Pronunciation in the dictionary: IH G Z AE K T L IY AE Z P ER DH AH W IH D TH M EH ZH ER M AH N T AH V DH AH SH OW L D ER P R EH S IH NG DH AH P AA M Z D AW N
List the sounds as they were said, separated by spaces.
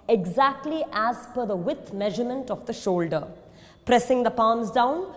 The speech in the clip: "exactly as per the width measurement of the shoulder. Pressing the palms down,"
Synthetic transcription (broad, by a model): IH G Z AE K T L IY AE Z F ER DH AH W IH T M EH ZH ER M AH N T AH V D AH SH OW L D ER P R EH S IH NG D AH P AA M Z D AW N